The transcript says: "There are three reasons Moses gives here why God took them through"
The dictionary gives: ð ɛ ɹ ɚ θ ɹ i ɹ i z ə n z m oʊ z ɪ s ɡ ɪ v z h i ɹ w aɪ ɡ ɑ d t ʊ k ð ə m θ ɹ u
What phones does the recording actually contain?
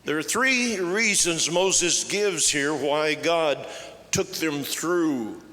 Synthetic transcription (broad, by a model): ð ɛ ɹ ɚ θ ɹ i ɹ i z ə n z m oʊ z ɪ s ɡ ɪ v z h i ɹ w aɪ ɡ ɑ d t ʊ k ð ə m θ ɹ u